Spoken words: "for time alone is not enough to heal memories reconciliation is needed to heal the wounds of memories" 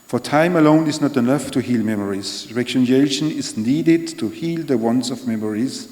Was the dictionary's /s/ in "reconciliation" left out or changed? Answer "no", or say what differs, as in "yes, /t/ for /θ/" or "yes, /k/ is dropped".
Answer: yes, /s/ is dropped